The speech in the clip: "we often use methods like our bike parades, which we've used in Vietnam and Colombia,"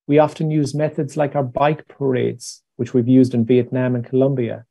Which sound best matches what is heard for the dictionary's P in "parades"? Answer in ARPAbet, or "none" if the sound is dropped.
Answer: P